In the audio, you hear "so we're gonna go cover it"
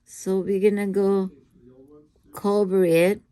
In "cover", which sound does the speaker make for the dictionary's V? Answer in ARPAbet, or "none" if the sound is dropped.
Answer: B